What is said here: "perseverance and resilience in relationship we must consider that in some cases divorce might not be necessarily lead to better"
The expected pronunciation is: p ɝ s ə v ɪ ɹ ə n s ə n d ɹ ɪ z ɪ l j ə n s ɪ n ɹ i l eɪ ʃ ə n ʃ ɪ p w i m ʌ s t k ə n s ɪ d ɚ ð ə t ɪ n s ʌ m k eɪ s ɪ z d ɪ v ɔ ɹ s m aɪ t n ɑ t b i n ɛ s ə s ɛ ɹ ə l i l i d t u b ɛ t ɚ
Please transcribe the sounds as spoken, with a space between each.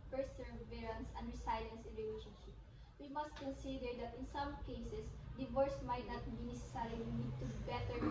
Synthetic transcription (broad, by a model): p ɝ s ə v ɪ ɹ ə n s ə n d ɹ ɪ s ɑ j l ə n s ɪ n ɹ i l eɪ ʃ ə n ʃ ɪ p w i m ʌ s t k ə n s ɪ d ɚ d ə t ɪ n s ʌ m k eɪ s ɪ s d ɪ v ɔ ɹ s m aɪ t n ɑ t b i n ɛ s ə s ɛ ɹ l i n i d t u b ɛ t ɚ